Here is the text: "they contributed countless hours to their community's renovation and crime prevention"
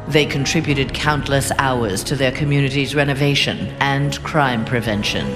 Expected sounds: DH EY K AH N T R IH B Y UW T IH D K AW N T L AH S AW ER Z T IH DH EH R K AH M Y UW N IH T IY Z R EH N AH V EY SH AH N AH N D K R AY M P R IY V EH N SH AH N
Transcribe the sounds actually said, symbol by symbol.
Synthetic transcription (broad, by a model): DH EY K AH N T R IH B Y UW T IH D K AW N T L AH S AW ER Z T IH DH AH R K AH M Y UW N IH T IY Z R EH N AH V EY SH AH N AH N K R AY M P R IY V EH N SH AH N